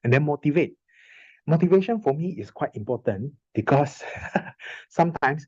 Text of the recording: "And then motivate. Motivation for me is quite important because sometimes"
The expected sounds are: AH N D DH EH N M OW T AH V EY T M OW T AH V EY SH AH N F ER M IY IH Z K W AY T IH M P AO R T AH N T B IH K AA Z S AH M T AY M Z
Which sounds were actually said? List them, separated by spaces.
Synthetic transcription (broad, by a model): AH N D EH N M OW T AH V EY T M OW T AH V EY SH AH N F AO M IY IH S K W AY T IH M P AO T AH N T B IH K AA S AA M T AY M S